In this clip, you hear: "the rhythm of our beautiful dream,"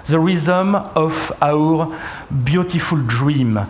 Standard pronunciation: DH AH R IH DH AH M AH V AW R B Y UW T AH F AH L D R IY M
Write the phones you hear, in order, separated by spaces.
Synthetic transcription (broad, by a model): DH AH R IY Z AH M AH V AW R B Y UW T AH F AH L D R IY M